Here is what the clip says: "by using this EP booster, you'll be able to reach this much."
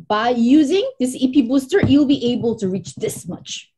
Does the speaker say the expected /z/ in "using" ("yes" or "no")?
yes